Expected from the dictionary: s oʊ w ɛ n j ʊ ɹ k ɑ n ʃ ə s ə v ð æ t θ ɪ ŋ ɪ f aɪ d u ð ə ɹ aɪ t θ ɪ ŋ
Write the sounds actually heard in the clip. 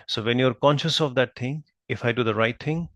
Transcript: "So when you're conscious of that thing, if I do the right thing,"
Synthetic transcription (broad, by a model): s oʊ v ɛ n j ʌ ɹ k ɑ n ʃ ə s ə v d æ t t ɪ ŋ ɪ f aɪ d u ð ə ɹ aɪ t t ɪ ŋ